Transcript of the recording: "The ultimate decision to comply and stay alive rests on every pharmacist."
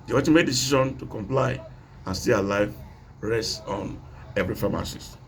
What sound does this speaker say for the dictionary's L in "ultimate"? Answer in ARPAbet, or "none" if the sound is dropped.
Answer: none